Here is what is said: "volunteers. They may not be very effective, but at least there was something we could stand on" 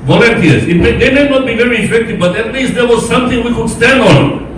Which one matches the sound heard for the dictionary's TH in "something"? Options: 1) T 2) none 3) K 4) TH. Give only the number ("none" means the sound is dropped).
1